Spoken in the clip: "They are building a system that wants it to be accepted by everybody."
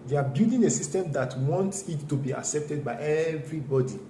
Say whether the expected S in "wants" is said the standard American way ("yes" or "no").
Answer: yes